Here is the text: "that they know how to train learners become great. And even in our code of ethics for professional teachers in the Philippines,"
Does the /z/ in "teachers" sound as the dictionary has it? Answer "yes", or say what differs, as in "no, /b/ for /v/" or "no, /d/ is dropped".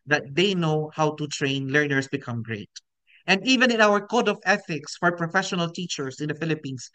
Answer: no, /s/ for /z/